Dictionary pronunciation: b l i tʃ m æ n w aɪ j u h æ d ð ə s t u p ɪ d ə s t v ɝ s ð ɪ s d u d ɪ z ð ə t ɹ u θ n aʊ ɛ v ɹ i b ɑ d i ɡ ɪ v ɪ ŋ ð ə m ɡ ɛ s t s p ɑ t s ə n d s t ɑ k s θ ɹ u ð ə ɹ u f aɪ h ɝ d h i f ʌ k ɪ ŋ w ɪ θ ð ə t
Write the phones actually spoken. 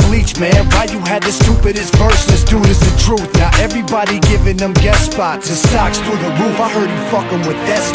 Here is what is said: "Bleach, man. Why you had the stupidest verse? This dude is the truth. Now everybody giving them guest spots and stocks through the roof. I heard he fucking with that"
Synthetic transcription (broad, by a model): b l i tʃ m æ n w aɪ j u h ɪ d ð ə s t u p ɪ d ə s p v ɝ s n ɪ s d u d ɪ z ð ə t ɹ u θ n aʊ ɛ v ɹ i b ɑ d i ɡ ɪ v ɪ ŋ ð ə m ɡ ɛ t s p ɑ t ə s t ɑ k s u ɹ ð ə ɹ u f aɪ h ɝ d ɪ f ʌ k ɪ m w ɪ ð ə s